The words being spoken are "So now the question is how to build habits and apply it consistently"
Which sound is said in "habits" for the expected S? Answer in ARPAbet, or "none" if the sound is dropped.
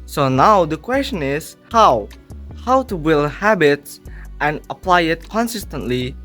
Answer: S